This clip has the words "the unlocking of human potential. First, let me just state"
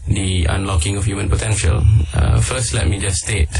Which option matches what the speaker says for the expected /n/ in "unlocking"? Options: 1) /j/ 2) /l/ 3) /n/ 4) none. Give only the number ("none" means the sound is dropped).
3